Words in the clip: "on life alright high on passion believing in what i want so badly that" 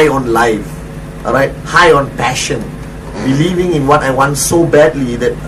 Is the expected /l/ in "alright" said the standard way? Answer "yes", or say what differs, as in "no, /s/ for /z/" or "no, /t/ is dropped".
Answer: no, /l/ is dropped